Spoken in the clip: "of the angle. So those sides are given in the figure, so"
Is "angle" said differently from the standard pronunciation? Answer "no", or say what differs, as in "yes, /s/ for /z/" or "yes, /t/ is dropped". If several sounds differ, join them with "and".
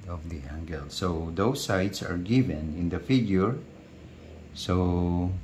no